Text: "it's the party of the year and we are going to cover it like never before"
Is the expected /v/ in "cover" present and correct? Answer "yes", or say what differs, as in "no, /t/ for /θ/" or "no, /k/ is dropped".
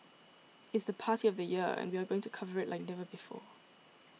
yes